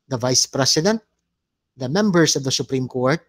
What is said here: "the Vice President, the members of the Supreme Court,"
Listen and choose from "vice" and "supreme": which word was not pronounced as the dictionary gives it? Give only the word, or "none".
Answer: none